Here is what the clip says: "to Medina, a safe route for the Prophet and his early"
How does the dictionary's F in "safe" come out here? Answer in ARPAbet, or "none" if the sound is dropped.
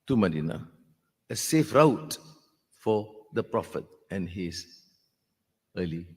F